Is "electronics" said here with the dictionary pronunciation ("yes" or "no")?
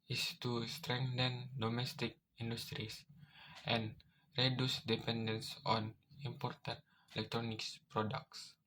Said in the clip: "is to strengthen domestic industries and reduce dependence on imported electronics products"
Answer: yes